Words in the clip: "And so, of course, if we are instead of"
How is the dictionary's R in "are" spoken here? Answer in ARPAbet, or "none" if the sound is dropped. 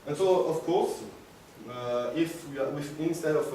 W